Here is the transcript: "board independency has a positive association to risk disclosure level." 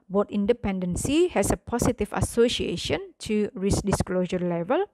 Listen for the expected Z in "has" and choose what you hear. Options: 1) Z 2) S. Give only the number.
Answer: 2